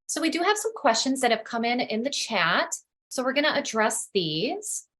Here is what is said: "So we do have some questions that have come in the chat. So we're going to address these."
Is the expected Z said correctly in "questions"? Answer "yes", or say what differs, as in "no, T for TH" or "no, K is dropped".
yes